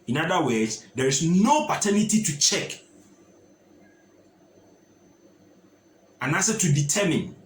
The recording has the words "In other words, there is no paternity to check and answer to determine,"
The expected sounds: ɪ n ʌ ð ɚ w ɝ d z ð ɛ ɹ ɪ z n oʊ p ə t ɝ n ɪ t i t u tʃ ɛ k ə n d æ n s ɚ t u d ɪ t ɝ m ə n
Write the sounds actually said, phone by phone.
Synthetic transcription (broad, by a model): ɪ n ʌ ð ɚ w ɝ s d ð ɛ ɹ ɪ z n oʊ p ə t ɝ n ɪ t i t u tʃ ɛ k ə n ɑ s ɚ t u d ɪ t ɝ m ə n